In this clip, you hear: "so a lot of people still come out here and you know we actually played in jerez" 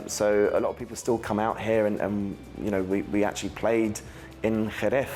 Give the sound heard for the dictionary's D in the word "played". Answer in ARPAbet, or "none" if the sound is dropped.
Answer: D